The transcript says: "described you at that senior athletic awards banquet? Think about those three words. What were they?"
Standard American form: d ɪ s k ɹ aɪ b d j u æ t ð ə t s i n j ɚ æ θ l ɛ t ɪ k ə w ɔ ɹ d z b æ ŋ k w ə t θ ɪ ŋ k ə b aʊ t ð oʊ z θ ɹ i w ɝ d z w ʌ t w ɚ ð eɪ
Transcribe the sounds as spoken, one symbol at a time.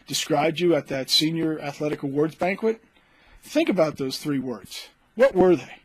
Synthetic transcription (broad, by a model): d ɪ s k ɹ aɪ b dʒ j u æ t ð ə t s i n j ɚ æ θ l ɛ t ɪ k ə w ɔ ɹ d z b æ ŋ k w ə t θ ɪ ŋ k ə b aʊ t ð oʊ z θ ɹ i w ɝ d z w ʌ t w ɚ ð eɪ